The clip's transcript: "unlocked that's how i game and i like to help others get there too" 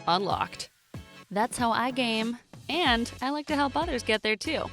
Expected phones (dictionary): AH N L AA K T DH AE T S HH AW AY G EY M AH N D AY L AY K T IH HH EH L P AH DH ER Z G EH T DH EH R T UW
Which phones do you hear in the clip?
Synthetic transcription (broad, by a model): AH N L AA K T DH AE T S HH AW AY G EY M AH N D AY L AY K T IH HH EH L P AH DH ER Z G EH T DH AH R T UW